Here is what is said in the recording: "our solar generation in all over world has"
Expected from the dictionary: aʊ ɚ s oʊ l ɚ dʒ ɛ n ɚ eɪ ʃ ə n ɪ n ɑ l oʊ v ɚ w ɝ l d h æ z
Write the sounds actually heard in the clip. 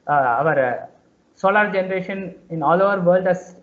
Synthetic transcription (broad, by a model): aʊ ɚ s oʊ l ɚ dʒ ɛ n ɚ eɪ ʃ ə n ɪ n ɑ l oʊ v ɚ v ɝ l d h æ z